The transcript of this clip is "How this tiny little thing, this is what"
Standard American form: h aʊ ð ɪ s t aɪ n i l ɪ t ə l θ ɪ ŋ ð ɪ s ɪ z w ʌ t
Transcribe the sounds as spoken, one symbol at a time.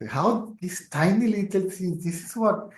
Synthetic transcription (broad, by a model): h aʊ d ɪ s t aɪ n i l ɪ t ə l s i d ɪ s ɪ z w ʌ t